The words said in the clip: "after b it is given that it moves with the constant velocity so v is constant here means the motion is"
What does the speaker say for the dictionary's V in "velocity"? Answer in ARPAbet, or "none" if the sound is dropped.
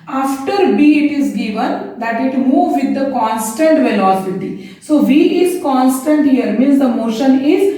V